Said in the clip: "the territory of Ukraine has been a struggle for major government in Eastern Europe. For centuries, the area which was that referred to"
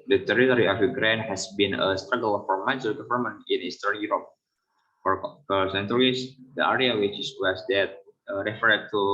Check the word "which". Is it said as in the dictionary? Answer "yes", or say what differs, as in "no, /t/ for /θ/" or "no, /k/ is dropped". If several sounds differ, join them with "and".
no, /s/ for /tʃ/